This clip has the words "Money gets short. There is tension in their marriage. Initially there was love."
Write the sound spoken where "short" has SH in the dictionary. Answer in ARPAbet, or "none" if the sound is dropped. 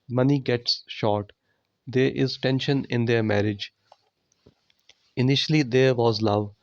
SH